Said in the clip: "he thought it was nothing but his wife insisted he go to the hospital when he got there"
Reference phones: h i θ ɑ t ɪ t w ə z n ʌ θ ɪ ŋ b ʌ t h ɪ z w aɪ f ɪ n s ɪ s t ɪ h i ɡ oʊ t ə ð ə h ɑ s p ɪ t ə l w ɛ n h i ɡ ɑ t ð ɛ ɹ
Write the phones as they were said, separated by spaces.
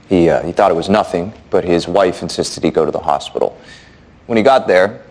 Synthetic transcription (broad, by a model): h i θ ɑ t ɪ t w ə z n ʌ θ ɪ ŋ b ʌ t h ɪ z w aɪ f ɪ n s ɪ s t ɪ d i ɡ oʊ t ə ð ə h ɑ s p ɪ t l w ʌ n i ɡ ɑ t ð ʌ ɹ